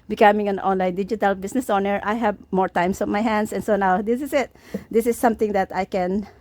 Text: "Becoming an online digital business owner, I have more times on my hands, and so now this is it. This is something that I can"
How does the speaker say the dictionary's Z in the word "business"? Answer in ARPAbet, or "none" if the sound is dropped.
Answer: S